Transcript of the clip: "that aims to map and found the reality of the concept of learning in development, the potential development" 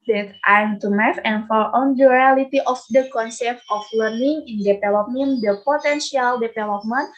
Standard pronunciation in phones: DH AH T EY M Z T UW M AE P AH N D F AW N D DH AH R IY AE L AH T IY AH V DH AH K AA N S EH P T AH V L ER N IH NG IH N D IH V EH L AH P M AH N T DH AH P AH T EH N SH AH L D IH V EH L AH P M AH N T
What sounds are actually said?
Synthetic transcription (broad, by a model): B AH T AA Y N T UW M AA F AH N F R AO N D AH R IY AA L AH T IY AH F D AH K AA N S EH P T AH F L ER N IH NG IH N D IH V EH L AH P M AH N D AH P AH T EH N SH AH L D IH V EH L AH P M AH N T